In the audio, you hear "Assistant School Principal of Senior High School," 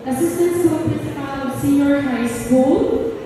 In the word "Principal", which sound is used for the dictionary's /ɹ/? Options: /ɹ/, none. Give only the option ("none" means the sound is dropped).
none